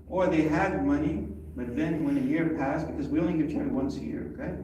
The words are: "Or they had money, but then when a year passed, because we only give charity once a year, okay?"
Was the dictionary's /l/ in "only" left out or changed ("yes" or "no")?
yes